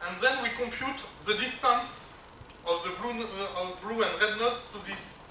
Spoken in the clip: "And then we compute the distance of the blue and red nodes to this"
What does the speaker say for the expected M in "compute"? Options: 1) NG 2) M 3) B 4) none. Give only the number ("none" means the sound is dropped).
2